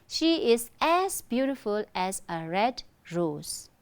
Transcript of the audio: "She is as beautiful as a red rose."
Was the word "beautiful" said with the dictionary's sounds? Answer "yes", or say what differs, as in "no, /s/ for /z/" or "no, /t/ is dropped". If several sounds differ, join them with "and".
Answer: yes